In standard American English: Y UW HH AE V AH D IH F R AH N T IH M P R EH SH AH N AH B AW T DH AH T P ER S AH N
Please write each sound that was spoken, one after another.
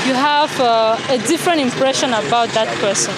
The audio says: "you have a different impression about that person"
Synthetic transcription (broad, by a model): Y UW HH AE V AH D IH F R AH N T IH M P R EH SH AH N AH B AW T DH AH T P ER S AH N